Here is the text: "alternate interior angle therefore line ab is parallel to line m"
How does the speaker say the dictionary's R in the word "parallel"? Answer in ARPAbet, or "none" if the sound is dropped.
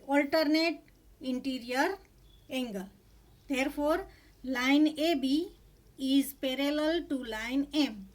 R